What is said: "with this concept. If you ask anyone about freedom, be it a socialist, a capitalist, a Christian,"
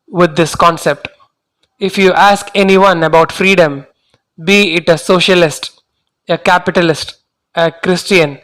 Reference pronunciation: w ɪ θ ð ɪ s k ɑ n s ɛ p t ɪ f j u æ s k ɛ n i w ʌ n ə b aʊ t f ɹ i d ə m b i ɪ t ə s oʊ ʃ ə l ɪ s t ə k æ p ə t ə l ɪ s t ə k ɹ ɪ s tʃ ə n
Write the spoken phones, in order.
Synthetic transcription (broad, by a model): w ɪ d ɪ s k ɑ n s ɛ p t ɪ f j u æ s k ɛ n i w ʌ n ə b aʊ t f ɹ i d ə m b i ɪ t ə s oʊ ʃ ə l ɪ s t ə k æ p ə t ə l ɪ s t ə k ɹ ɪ s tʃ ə n